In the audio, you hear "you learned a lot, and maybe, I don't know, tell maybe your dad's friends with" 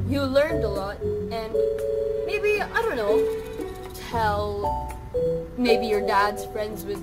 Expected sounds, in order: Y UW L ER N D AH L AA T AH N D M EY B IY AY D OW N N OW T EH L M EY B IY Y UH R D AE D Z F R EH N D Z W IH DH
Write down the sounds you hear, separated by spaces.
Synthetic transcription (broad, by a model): Y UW L ER N D AH L AA T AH N M EY B IY AY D OW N N OW T EH L M EY B IY Y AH R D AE D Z F R EH N D Z W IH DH